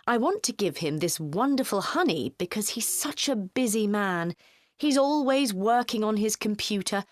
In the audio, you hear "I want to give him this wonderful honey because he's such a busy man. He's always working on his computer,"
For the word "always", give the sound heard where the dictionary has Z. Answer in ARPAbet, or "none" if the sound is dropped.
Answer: Z